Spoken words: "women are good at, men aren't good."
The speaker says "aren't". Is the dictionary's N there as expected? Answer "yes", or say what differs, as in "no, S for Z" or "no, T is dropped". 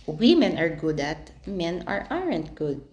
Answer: yes